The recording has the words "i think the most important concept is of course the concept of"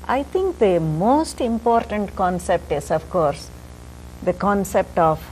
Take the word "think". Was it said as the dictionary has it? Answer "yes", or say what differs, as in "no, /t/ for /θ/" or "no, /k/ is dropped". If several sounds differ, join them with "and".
no, /t/ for /θ/